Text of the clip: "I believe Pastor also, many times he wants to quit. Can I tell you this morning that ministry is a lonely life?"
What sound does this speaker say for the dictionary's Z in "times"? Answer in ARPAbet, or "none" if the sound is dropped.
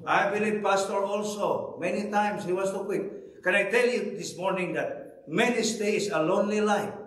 S